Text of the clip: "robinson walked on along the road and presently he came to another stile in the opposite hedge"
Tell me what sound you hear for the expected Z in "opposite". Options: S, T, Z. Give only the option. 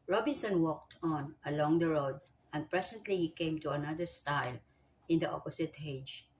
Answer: S